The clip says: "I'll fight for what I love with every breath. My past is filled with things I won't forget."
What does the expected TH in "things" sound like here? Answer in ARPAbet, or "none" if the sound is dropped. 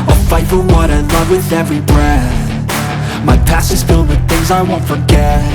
TH